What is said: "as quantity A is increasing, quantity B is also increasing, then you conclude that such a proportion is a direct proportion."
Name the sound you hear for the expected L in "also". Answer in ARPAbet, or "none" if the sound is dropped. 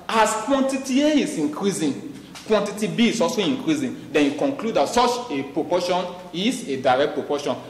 none